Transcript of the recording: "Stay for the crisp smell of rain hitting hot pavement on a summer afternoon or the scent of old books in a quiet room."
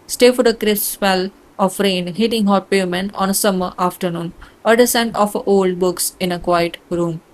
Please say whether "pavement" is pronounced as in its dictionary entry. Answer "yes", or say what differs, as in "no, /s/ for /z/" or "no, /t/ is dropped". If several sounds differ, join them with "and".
no, /v/ is dropped